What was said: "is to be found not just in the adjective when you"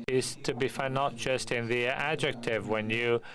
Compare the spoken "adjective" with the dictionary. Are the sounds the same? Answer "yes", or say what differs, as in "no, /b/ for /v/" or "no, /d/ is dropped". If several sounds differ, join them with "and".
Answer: yes